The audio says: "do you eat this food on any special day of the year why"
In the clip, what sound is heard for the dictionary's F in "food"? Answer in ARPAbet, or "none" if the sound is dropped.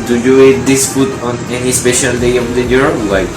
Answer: P